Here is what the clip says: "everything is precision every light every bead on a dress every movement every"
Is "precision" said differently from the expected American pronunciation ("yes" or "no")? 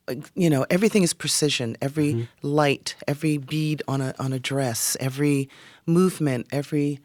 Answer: no